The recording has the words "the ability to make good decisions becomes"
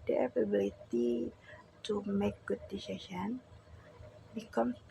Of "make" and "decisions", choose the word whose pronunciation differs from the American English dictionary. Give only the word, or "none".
decisions